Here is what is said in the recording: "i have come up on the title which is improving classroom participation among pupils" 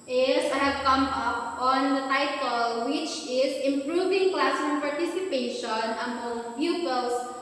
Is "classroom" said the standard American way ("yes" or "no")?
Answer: no